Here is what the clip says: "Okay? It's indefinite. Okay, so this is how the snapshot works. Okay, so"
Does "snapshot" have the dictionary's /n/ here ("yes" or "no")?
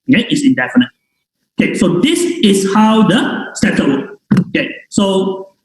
no